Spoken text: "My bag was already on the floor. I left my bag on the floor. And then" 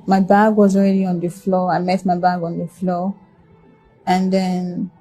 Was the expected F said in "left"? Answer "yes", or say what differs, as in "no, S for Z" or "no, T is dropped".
no, F is dropped